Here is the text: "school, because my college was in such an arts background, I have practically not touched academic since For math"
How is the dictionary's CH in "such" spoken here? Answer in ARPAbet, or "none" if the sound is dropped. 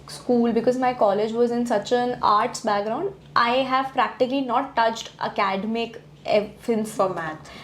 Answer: CH